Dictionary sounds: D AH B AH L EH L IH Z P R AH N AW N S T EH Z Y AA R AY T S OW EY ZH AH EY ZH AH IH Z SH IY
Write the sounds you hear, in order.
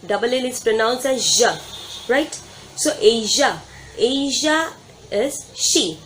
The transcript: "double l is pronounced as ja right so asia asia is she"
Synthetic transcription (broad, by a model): D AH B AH L EH L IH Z P R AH N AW N S EH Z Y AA R AY T S OW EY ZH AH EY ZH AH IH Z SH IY